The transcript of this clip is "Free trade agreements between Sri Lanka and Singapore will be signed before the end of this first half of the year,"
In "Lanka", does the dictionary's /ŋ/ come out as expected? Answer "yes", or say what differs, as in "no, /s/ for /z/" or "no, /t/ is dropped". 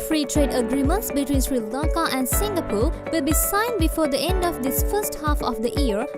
no, /ŋ/ is dropped